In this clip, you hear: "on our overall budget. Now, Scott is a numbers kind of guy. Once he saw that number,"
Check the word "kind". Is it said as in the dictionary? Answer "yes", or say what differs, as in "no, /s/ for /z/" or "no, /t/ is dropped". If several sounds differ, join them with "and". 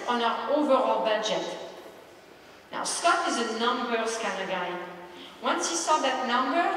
no, /d/ is dropped